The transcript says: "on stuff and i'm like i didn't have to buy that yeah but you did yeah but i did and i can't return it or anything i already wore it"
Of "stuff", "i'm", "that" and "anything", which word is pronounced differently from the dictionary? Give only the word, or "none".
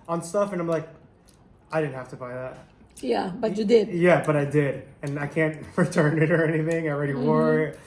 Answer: none